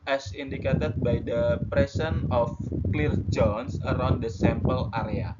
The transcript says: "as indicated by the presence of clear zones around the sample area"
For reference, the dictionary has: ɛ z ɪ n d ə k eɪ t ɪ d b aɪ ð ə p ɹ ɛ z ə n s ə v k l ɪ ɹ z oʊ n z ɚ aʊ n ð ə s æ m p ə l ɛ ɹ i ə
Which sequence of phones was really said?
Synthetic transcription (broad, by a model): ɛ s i n d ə k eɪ t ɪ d b aɪ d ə p ɹ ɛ s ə n ə f k l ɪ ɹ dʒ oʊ n s ɚ aʊ n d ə s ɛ m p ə l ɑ ɹ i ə